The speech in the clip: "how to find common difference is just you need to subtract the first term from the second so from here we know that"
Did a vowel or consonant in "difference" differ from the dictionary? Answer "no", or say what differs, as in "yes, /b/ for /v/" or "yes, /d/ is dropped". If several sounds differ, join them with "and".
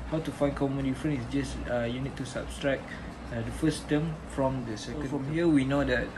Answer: yes, /s/ is dropped